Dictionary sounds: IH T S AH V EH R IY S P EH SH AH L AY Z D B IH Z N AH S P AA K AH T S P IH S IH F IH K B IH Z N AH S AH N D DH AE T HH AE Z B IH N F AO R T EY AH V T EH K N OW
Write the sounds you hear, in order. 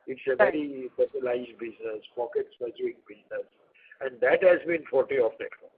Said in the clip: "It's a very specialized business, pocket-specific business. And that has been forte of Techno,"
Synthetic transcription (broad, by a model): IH T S AH V EH R IY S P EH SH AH L AY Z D B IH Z N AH S P AA K AH T S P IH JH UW IH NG B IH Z N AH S AH N D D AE T HH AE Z B IH N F AO R T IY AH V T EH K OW